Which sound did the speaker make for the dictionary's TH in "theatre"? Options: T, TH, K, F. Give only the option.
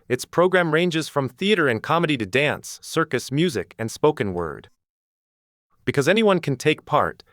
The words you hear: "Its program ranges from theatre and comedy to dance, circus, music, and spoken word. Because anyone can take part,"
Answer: TH